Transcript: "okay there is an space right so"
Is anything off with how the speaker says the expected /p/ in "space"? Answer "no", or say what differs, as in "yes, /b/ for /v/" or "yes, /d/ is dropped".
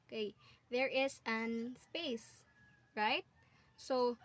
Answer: no